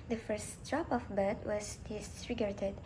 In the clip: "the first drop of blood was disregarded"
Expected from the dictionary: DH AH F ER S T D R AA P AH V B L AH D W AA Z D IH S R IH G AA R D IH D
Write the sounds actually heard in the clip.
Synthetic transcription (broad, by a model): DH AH F ER S T D R AA P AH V B AH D W AA Z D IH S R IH G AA R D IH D